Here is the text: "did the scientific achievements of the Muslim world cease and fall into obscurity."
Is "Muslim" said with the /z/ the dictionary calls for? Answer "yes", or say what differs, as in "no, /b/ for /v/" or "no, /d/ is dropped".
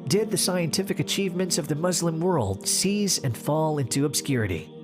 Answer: yes